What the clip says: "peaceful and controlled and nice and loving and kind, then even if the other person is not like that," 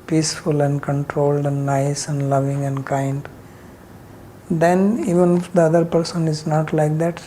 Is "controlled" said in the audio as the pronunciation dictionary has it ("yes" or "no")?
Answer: yes